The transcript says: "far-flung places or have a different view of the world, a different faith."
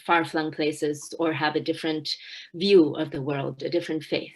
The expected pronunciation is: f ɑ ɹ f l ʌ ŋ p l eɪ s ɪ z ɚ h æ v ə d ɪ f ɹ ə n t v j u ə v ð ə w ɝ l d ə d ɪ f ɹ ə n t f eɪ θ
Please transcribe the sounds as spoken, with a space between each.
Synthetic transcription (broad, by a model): f ɑ ɹ f l ʌ ŋ p l eɪ s ɪ z ɚ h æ v ə d ɪ f ɹ ə n t v j u ə v ð ə w ɝ l d ə d ɪ f ɹ ə n t f eɪ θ